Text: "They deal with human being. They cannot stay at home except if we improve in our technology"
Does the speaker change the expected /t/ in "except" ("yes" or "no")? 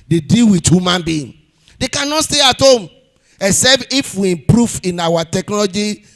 yes